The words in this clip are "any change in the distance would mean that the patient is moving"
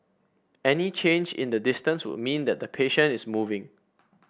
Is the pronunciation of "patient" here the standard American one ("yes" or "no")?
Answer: no